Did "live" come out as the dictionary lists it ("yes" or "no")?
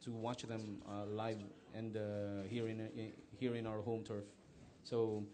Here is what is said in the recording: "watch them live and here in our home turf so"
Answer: yes